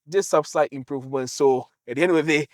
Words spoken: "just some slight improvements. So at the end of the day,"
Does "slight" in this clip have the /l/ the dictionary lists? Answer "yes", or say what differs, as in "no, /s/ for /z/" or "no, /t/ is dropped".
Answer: no, /l/ is dropped